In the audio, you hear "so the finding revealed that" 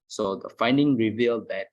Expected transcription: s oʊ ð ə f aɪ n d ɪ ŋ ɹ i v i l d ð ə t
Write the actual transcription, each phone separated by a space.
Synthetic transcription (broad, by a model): s oʊ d ə f aɪ n d ɪ ŋ ɹ i v i l d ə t